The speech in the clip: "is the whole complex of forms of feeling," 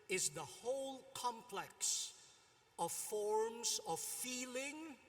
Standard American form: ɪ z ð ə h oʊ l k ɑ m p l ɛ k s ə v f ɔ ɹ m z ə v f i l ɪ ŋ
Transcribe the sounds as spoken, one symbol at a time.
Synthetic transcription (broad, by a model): ɪ z ð ə h oʊ l k ɑ m p l ɛ k s ə v f ɔ ɹ m z ə v f i l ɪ ŋ